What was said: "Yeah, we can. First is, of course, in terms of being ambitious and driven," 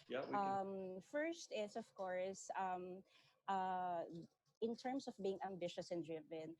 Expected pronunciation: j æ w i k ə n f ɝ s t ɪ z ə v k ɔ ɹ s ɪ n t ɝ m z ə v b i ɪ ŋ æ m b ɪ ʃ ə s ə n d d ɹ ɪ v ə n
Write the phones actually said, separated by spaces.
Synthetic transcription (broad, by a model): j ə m f ɝ s t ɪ s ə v k ɔ ɹ s ɪ n t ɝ m s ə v b i ɪ ŋ æ m b ɪ ʃ ə s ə n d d ɹ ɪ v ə n